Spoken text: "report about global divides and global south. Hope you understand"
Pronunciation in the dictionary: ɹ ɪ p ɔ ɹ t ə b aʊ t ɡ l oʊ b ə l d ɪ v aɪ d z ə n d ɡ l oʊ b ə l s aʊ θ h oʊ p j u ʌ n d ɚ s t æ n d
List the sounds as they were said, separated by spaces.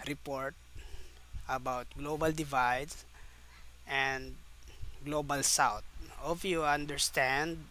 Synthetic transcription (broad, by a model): ɹ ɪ p ɔ ɹ t ə b aʊ t ɡ l oʊ b ə l d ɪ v aɪ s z ə n d ɡ l oʊ b ə l s aʊ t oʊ f j u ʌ n d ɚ s t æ n d